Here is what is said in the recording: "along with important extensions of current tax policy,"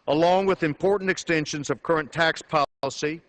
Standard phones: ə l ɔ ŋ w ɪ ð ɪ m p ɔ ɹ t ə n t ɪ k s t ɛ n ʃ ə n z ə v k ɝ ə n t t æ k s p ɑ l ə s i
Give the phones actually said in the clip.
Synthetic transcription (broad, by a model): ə l ɔ ŋ w ɪ ð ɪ m p ɔ ɹ t n t ɪ k s t ɛ n ʃ ə n z ə v k ɝ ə n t t æ k s p ɑ l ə s i